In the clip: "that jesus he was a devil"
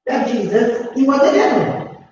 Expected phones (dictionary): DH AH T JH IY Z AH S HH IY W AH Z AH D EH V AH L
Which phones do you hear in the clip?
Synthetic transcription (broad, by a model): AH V JH IY Z AH S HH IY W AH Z AH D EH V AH